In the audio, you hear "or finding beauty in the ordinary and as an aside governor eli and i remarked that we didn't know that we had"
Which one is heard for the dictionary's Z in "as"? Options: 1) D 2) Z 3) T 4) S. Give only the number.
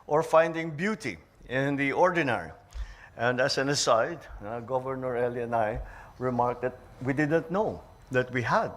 4